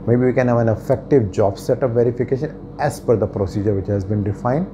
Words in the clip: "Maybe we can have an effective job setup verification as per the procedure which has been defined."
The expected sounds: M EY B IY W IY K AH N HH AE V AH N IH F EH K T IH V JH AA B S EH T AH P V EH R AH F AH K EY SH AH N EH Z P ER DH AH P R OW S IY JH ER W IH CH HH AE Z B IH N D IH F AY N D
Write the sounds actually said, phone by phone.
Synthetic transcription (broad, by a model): M EY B IY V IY K AH N HH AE V AH N IH F EH K T IH V JH AA B S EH T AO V V EH R AH F AH K EY SH AH N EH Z F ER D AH P R OW S IY JH ER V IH CH HH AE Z B IH N D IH F AY N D